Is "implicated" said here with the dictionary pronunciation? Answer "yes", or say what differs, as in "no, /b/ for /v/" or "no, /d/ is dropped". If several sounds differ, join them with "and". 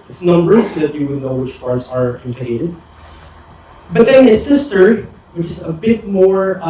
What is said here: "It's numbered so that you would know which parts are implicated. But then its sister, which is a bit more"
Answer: no, /l/ is dropped